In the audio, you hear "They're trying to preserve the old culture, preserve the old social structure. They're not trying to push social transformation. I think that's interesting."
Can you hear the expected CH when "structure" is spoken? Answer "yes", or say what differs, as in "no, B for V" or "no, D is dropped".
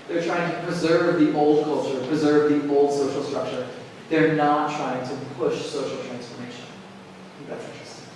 yes